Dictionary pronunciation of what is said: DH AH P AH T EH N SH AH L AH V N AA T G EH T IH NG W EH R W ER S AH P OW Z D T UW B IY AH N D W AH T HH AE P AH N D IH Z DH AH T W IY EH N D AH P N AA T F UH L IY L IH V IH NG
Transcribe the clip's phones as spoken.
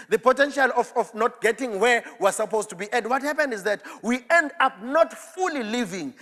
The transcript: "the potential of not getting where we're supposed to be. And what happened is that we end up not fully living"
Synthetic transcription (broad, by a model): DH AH P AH T EH N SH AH L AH F N AA T G EH T IH NG W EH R W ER S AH P OW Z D T UW B IY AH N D W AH T HH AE P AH N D IH Z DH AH T W IY EH N D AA P N AA T F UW L IY L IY V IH NG